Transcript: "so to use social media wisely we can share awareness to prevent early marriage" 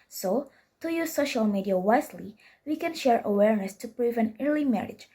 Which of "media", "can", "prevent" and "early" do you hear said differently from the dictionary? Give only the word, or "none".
prevent